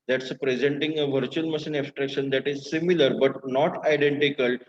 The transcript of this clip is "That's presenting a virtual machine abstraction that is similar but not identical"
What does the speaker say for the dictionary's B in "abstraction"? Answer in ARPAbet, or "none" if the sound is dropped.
none